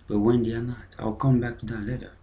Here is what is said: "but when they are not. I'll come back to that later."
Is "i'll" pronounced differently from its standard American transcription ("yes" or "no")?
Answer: no